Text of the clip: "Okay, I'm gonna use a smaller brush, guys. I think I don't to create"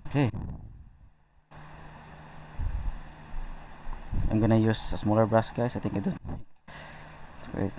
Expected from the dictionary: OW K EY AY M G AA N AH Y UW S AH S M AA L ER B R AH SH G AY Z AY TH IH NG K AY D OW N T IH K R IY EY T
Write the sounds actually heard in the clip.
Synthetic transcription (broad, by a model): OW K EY AY M G AA N AH Y UW S AH S M AA L ER B R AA S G AY S AY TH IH NG K AY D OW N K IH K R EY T